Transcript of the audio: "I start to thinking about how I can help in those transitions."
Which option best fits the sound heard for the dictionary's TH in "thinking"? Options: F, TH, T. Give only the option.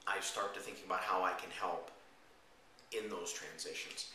TH